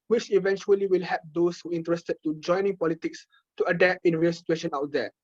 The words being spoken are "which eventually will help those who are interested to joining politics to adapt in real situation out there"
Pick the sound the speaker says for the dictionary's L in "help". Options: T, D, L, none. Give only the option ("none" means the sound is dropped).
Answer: none